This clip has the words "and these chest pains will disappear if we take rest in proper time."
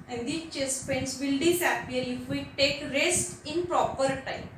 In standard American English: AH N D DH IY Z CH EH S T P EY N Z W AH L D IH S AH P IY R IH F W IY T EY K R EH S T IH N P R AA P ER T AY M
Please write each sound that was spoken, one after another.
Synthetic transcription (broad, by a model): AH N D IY CH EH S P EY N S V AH L D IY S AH P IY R IH F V IY T EY K R EH S T IH N P R AA P ER T AY M